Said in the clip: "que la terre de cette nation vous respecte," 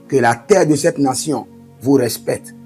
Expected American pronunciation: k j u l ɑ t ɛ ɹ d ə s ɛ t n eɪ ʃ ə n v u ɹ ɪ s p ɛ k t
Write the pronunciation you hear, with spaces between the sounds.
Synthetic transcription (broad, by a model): k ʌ l ɑ t ɛ ɹ d ə s ɛ t n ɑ s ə v u ɹ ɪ s p ɛ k t